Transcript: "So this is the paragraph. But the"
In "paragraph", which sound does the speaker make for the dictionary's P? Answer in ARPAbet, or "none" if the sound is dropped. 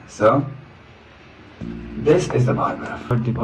B